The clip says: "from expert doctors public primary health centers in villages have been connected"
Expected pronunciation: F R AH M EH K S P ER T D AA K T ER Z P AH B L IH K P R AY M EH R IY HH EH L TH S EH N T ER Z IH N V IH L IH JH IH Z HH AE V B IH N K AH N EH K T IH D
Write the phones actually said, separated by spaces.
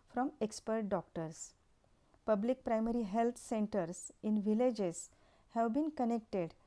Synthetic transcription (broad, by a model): F R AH M EH K S P ER T D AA K T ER S P AH B L IH K P R AY M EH R IY HH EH L T S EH N T ER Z IH N V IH L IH JH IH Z HH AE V B IH N K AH N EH K T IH D